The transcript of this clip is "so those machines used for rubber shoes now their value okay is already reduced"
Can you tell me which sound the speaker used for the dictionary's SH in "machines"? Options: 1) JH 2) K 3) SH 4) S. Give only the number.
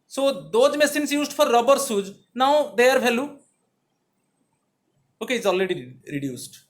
4